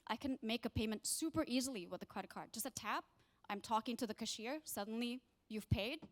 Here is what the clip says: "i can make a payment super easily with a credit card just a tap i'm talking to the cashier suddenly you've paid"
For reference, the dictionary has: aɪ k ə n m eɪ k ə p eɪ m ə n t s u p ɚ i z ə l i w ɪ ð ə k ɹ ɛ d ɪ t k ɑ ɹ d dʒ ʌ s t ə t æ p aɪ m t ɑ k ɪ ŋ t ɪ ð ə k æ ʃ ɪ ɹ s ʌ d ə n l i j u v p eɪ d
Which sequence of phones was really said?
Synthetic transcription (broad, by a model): aɪ k ə n m eɪ k ə p eɪ m ə n t s u p ɚ i z l i w ɪ ð ə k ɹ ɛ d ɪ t k ɑ ɹ d dʒ ʌ s t ə t æ p aɪ m t ɑ k ɪ ŋ t ɪ ð ə k æ ʃ ɪ ɹ s ʌ d n l i j u v p eɪ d